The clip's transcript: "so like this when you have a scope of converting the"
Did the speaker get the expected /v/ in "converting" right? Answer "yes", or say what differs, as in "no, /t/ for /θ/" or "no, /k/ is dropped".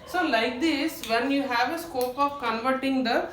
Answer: yes